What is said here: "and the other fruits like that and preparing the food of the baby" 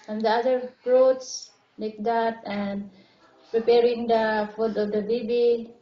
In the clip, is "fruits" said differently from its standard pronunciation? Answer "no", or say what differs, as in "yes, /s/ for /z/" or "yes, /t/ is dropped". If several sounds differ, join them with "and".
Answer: yes, /p/ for /f/